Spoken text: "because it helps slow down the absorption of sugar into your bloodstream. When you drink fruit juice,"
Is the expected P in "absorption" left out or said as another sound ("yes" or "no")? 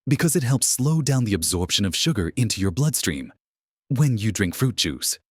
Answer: no